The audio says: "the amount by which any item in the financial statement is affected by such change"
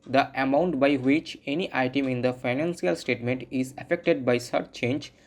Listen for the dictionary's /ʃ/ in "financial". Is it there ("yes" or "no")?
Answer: no